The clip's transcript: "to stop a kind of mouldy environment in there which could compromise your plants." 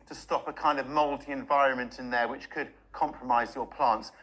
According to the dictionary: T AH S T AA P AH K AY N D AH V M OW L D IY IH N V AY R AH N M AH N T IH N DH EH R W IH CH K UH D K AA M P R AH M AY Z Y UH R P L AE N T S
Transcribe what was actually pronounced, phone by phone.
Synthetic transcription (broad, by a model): T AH S T AA P AH K AY N D AH V M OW L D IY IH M V AY R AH N M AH N T IH N DH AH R W IH CH K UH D K AA M P R AH M AY Z Y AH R P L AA N T S